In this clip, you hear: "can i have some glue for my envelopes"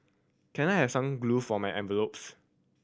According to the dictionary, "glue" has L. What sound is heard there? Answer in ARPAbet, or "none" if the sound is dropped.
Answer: L